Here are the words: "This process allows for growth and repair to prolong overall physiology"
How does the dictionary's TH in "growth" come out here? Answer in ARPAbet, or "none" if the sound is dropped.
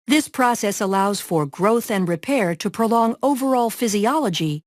TH